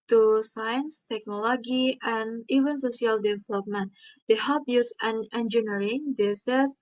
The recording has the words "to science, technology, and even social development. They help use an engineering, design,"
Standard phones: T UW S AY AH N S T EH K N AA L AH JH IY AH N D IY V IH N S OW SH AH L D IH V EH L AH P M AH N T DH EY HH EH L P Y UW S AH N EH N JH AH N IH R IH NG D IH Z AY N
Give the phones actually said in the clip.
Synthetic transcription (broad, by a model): T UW S AY AH N S T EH K N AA L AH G IY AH N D IY V IH N S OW S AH L D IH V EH L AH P M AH N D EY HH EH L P Y UW S AH N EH N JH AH N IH R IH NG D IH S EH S